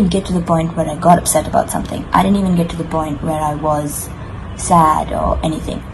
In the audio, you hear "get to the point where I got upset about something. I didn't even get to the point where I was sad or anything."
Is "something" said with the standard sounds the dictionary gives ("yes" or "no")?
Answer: yes